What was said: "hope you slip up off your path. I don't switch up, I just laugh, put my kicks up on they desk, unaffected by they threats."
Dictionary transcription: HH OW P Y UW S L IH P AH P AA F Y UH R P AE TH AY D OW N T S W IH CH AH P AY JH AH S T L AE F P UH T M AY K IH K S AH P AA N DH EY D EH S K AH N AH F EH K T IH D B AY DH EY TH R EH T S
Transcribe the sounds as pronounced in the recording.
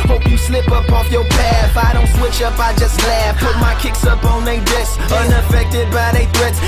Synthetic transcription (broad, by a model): HH OW P Y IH S L IH P AH P AA F Y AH R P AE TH AY D OW N T S W IH CH AH P AY JH AH S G L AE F P UH T M AY K IH K S AH P N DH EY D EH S AH N AH F EH K T IH D B AY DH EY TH R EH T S